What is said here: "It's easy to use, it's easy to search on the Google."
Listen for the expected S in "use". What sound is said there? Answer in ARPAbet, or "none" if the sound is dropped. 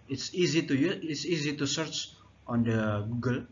none